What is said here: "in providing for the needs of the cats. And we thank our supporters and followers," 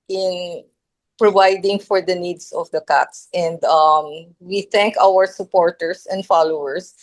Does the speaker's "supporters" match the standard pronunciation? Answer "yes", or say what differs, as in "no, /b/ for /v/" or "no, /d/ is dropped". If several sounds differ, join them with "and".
no, /s/ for /z/